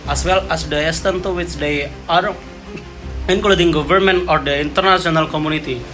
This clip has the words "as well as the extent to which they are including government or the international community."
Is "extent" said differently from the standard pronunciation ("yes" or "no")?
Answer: yes